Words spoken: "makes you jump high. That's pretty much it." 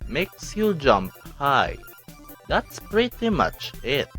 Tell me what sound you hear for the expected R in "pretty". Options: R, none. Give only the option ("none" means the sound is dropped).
R